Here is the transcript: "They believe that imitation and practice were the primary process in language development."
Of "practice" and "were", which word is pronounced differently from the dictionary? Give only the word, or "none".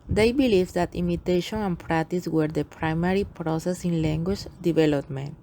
none